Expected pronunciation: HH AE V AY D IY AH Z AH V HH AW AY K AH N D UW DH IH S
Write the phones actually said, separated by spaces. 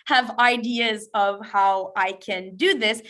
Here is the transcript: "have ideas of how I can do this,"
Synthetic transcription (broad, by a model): HH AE V AY D IY AH Z AH V HH AW AY K AH N D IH DH IH S